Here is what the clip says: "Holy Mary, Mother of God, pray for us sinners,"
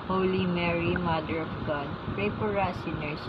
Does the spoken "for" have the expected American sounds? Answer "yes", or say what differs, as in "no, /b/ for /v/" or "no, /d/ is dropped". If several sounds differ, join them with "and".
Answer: no, /p/ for /f/